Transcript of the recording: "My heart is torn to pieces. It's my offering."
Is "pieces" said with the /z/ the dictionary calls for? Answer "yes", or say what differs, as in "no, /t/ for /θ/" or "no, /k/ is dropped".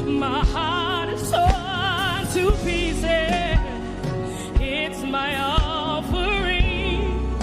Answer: no, /z/ is dropped